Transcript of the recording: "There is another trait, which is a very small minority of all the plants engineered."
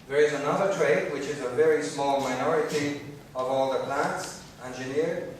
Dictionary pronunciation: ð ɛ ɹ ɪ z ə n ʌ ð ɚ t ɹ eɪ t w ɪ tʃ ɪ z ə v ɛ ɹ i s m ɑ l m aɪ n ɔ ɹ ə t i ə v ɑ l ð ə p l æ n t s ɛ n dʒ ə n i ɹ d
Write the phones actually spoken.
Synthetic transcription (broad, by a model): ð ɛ ɹ ɪ z ə n ʌ ð ɚ t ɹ eɪ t w ɪ tʃ ɪ z ə v ɛ ɹ i s m ɑ l m aɪ n ɔ ɹ ə t i ə v ɑ l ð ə p l æ n t s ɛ n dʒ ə n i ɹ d